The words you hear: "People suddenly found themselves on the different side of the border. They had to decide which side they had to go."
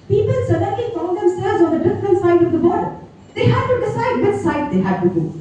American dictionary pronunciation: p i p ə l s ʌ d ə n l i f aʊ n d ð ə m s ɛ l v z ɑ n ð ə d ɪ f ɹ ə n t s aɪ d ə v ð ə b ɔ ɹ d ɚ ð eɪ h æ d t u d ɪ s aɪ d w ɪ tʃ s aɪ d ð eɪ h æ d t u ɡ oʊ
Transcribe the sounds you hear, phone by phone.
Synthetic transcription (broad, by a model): p i p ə l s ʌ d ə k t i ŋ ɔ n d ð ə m s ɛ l z ɑ n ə d ɪ f ɹ ə n t s aɪ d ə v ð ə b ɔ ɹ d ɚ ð eɪ h æ d t u d ɪ s aɪ d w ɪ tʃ s aɪ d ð eɪ h æ d t u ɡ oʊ